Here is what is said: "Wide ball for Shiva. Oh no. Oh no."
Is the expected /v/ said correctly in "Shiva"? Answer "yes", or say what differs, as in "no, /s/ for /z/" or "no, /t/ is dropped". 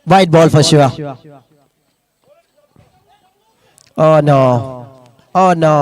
no, /v/ is dropped